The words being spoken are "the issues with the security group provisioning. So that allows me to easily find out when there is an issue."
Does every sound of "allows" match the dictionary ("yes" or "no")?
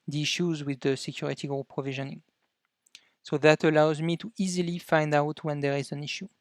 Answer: yes